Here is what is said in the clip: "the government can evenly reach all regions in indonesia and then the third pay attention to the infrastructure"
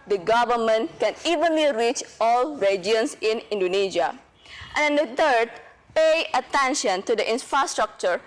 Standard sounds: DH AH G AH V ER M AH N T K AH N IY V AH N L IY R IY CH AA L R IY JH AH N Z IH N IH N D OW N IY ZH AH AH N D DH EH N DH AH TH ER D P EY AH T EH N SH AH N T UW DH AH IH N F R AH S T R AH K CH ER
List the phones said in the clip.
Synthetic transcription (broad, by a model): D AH G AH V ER M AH N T K AH N IY V AH N L IY R IY CH AA L R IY JH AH N S IH N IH N D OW N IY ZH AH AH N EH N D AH T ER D P EY AH T EH N SH AH N T UW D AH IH N F R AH S T R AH K CH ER